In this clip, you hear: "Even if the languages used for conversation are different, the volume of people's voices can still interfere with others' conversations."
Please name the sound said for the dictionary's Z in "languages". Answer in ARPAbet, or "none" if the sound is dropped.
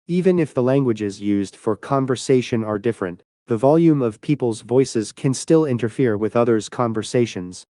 Z